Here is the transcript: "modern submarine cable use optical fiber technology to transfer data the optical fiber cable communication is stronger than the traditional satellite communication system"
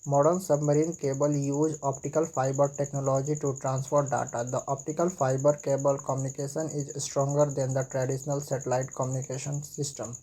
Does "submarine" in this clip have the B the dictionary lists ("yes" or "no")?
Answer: yes